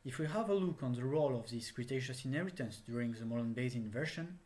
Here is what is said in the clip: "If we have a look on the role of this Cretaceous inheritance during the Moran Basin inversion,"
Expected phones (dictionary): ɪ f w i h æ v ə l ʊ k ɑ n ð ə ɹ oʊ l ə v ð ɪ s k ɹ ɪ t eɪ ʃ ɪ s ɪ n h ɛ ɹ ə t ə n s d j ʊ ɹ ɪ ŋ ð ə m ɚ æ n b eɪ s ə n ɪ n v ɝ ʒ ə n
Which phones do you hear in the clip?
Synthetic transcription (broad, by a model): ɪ f w i h æ v ə l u k ɑ n ð ə ɹ oʊ l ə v ð ɪ s k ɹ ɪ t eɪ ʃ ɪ s ɪ n h ɛ ɹ ə t ə n s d j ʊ ɹ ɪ ŋ ð ə m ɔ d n b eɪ ə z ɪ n v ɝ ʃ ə n